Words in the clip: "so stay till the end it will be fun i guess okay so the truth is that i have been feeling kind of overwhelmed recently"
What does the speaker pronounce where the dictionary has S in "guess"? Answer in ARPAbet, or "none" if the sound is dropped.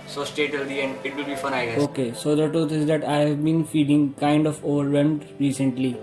none